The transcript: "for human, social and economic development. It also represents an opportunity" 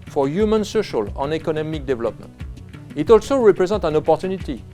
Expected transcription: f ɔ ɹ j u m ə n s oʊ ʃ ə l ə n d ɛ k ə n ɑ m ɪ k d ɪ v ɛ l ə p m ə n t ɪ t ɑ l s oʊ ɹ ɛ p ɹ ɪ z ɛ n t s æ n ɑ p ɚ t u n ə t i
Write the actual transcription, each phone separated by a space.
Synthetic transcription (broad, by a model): f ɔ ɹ j u m ə n s oʊ ʃ ə l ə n ɛ k ə n ɑ m ɪ k d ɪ v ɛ l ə p m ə n t ɪ t ɑ l s oʊ ɹ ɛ p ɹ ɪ z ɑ t æ n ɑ p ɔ t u n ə t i